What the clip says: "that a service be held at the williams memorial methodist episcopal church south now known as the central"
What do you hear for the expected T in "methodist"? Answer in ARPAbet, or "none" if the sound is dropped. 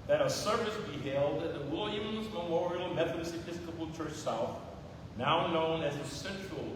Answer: none